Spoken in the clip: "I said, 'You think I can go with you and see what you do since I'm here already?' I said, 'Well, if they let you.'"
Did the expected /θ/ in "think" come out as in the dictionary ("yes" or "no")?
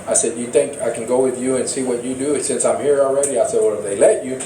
yes